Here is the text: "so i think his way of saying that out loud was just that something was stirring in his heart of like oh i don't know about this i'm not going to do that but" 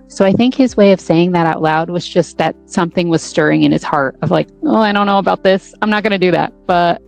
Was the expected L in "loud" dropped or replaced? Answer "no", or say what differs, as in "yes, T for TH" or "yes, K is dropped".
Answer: no